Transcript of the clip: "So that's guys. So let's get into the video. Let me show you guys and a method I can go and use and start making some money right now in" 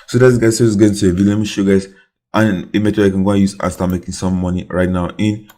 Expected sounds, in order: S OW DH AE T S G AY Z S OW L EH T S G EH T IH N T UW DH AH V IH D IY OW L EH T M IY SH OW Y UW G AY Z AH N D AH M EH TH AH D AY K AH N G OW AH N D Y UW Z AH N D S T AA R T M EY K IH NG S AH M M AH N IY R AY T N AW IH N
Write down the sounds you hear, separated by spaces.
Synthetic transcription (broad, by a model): S OW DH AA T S G AY Z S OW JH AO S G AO IH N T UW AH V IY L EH M IY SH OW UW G AY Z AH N AH M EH T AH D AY K AH N G OW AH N Y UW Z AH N S T AA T M EY K IH NG S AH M M AH N IY R AY T N AW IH N